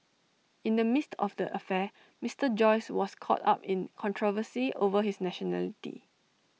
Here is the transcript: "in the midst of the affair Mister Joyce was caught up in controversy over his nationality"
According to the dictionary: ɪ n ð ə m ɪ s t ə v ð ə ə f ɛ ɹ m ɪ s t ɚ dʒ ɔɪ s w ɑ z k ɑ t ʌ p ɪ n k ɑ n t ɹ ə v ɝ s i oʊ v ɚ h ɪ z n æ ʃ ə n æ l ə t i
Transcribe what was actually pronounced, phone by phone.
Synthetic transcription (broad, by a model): ɪ n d ə m ɪ s t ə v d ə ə f ɛ m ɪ s t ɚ dʒ ɔɪ s w ɑ s k ɑ t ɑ p ɪ n k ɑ n t ɹ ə v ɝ s i oʊ v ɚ h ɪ s n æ ʃ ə n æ l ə t i